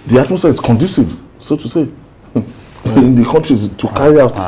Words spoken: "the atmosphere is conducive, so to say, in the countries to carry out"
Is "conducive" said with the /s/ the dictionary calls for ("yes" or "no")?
yes